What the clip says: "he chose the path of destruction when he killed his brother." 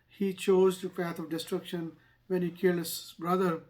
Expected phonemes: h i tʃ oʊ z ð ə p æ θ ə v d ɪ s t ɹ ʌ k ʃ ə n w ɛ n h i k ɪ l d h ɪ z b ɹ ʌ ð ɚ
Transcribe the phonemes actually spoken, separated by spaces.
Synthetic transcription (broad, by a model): h i tʃ oʊ z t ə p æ t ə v d ɪ s t ɹ ʌ k ʃ ə n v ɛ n h i k ɪ l d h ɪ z b ɹ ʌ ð ɚ